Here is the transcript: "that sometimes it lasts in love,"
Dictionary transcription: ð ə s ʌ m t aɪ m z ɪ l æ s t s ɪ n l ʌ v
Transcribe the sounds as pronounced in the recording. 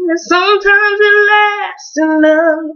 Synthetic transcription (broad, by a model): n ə s ʌ m t aɪ m z ɪ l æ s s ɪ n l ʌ